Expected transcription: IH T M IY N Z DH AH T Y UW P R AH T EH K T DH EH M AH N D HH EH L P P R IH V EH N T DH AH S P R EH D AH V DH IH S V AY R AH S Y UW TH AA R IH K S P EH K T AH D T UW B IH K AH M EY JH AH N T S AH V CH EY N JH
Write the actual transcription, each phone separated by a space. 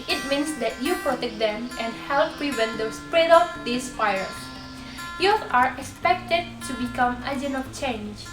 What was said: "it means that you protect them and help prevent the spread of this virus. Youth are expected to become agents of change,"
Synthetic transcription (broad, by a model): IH T M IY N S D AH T Y UW P R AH T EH K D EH M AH N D HH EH L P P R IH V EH N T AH S P R EH D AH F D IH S F AY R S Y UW AA R IH K S P EH K T AH D T UW B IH K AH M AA JH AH N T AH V CH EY N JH